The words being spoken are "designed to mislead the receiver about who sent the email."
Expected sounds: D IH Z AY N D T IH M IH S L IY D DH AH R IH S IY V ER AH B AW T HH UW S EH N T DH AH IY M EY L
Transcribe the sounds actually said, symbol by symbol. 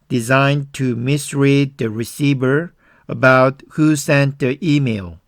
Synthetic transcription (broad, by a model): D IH Z AY N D T IH M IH S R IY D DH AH R IH S IY V ER AH B AW T HH UW S EH N T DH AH IY M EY L